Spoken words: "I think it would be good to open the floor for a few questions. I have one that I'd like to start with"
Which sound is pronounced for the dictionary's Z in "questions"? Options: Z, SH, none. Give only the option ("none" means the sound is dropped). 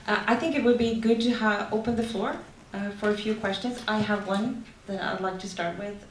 Z